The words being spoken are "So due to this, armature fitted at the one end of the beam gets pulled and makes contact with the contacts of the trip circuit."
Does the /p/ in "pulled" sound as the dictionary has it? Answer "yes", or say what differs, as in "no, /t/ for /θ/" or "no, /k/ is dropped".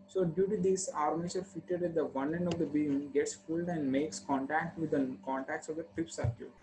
no, /f/ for /p/